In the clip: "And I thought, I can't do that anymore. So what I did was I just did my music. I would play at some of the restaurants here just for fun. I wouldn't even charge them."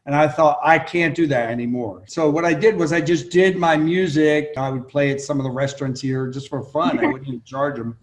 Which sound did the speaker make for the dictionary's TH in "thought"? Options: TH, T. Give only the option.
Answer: TH